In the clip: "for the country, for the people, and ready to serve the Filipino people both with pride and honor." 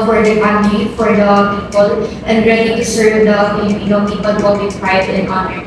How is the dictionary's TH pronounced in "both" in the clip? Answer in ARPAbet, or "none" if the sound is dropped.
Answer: T